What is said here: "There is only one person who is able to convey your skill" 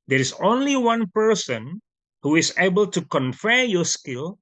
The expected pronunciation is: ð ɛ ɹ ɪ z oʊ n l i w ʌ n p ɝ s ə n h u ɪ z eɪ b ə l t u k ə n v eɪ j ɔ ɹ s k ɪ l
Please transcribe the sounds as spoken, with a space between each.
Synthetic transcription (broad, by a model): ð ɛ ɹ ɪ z oʊ n l i w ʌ n p ɝ s ə n h u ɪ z eɪ b ə l t u k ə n f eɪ j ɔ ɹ s k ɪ l